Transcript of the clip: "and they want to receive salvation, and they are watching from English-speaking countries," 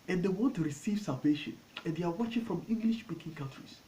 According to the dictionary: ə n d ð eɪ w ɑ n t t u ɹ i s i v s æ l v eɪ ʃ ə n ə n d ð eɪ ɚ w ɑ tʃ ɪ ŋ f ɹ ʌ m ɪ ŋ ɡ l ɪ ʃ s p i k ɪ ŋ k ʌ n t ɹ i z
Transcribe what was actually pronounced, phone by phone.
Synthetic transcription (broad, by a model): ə n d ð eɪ w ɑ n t t u ɹ i s i v s æ l v eɪ ʃ ə n ə n d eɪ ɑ w ɑ tʃ ɪ ŋ f ɹ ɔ m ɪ ŋ ɡ l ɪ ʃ s p i k ɪ ŋ k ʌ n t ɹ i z